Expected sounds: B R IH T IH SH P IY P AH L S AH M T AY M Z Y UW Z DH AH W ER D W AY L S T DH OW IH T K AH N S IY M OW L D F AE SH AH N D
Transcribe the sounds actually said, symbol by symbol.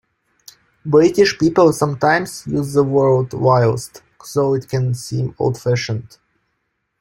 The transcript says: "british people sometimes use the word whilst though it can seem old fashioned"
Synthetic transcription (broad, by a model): B R IH T IH SH P IY P AH L S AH M T AY M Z Y UW Z DH AH W ER D W AY L S T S OW IH T K AH N S IY M OW L D F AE SH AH N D